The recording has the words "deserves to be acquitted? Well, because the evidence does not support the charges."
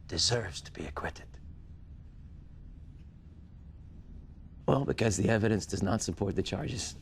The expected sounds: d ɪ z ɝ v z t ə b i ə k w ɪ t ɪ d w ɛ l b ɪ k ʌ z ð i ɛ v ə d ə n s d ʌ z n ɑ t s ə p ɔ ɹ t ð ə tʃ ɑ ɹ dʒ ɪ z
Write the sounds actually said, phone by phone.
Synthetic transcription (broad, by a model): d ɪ z ɝ v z t ə b i ə k w ɪ t ɪ d w ɛ l b ɪ k ʌ z ð i ɛ v ə d ə n s d ʌ z n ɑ t s ə p ɔ ɹ t ð ə tʃ ɑ ɹ dʒ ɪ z